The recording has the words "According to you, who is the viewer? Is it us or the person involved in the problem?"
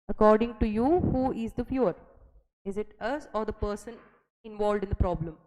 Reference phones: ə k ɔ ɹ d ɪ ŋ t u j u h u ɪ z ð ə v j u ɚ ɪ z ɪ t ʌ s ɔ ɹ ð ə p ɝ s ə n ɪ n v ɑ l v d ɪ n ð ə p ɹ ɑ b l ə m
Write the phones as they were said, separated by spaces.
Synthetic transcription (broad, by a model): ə k ɔ ɹ d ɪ ŋ t u j u h u ɪ z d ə f j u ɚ ɪ z ɪ t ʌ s ɔ ɹ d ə p ɝ s ə n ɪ n v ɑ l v d ɪ n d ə p ɹ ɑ b l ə m